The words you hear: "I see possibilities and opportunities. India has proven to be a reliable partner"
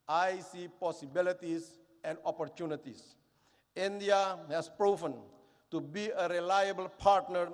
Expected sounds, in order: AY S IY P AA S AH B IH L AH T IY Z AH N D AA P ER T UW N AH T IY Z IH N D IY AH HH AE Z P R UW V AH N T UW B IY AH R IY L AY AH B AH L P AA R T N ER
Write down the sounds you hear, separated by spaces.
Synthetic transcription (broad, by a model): AY S IY P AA S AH B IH L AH T IY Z AH N D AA P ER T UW N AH T IY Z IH N D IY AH HH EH S P R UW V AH N T UW B IY AH R IY L AY AH B AH L P AA R T N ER